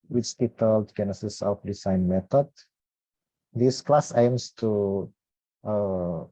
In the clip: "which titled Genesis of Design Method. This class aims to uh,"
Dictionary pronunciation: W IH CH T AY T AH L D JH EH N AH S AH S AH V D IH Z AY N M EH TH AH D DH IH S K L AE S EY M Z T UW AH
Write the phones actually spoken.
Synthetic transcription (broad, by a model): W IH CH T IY T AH L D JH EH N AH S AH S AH P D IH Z AY N M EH T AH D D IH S K L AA S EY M S T UW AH